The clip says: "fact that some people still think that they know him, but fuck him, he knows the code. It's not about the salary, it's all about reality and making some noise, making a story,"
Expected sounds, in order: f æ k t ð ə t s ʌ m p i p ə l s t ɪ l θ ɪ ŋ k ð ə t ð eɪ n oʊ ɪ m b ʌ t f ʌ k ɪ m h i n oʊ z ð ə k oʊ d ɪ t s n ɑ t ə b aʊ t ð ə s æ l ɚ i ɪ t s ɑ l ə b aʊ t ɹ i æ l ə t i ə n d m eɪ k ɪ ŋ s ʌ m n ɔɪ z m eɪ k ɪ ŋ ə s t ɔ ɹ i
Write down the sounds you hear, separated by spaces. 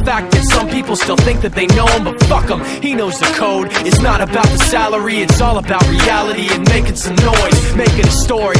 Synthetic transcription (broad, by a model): f æ k ð ə t s ʌ m p i p l s t ɪ l θ ɪ ŋ k ð ə t ð eɪ n oʊ ɪ m b ʌ t f ʌ k ɪ m h i n oʊ z ð ə k oʊ d ɪ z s n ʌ t ə b aʊ t ð ə s æ l ɚ i ɪ t s ɑ l ə b aʊ t ɹ i æ l ə t i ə n m eɪ k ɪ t s ʌ m n ɔɪ z m eɪ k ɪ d ə s t ɔ ɹ i